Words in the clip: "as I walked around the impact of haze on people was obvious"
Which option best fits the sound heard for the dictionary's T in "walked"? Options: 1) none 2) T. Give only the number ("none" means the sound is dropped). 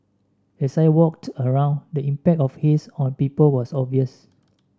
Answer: 2